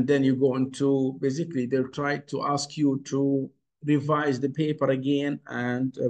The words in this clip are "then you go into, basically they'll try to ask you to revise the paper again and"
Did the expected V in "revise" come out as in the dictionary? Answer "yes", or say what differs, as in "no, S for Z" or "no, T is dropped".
yes